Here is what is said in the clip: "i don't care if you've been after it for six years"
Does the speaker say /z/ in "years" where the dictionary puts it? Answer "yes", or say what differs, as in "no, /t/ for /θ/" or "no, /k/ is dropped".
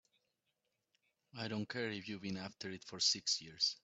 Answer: no, /s/ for /z/